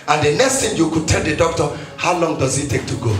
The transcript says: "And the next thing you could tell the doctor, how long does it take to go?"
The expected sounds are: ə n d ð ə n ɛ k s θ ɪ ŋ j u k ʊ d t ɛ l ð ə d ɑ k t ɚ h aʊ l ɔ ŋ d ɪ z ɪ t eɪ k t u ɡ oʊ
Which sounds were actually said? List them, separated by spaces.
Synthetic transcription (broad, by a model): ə n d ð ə n ɛ k s t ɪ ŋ j u k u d t ɛ l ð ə d ɑ k t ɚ h aʊ l ɔ ŋ d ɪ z ɪ t eɪ k t u ɡ oʊ